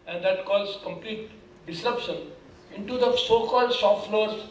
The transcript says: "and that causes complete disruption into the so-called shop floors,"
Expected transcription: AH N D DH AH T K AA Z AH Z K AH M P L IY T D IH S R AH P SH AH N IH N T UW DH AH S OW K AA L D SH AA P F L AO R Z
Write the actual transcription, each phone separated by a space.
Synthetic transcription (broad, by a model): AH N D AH T K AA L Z K AH M P L IY T D IH S R AH P SH AH N IH N T UW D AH S OW K AA L D S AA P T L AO R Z